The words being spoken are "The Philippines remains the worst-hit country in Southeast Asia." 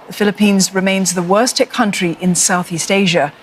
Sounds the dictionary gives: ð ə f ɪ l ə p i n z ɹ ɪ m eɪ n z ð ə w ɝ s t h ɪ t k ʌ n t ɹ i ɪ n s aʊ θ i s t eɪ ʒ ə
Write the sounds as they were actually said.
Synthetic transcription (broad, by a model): ð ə f ɪ l ə p i n z ɹ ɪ m eɪ n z ð ə w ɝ s t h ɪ k ʌ n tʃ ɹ i ɪ n s aʊ θ i s t eɪ ʒ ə